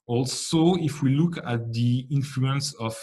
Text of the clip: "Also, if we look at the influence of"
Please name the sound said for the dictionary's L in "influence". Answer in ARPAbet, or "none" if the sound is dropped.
L